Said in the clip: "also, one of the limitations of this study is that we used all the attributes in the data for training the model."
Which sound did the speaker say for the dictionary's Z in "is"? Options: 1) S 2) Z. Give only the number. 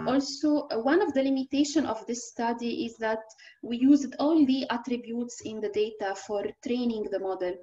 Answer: 2